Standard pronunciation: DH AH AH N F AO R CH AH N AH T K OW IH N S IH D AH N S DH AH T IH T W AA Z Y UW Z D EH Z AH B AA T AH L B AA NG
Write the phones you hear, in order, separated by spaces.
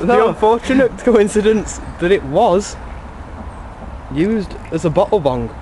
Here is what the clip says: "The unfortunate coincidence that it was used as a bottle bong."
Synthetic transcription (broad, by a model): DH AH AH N F AO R CH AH N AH T K OW IH N S IH D AH N S DH AH T IH T W AA Z Y UW Z D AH Z AH B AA T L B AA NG